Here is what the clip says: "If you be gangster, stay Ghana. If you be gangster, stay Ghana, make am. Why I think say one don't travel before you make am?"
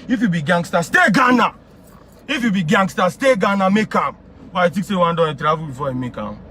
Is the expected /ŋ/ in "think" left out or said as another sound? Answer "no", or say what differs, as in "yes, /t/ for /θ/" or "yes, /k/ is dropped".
yes, /ŋ/ is dropped